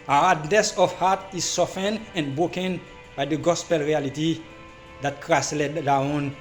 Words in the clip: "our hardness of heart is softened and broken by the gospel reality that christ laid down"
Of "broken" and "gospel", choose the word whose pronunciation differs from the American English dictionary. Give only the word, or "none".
none